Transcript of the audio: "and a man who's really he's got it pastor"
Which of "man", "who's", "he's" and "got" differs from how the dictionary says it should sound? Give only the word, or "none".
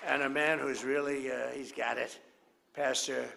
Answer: none